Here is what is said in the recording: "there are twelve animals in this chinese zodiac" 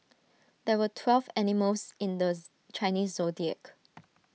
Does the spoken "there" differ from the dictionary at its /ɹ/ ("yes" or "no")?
yes